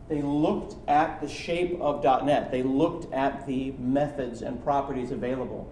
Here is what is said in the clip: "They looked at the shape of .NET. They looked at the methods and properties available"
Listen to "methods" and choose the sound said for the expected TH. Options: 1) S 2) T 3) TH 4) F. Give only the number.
3